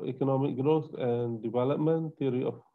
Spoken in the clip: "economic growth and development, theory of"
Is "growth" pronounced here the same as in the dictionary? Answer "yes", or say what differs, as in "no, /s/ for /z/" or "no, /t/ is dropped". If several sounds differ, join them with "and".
no, /s/ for /θ/